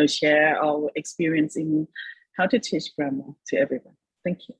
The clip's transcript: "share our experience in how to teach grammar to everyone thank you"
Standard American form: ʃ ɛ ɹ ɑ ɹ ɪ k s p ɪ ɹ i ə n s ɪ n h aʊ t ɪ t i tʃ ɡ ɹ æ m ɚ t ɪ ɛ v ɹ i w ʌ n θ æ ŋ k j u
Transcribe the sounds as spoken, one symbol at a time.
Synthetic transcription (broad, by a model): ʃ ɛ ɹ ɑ l ɪ k s p ɪ ɹ i ə n s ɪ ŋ h aʊ t ɪ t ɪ ʃ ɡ ɹ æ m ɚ t ɪ ɛ v ɹ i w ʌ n θ æ ŋ k j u